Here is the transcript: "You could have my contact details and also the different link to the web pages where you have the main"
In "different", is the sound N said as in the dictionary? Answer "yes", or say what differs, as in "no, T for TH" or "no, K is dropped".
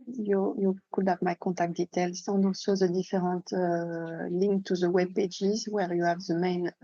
no, N is dropped